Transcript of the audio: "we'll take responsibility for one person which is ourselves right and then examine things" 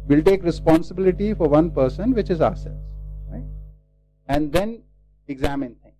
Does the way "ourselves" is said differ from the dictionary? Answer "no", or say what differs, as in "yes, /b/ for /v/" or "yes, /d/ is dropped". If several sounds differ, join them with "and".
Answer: yes, /v/ is dropped